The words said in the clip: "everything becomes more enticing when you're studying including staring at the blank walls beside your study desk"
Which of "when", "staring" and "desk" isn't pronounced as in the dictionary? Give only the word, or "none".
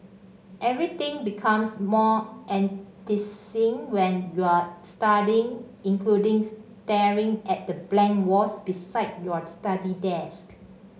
none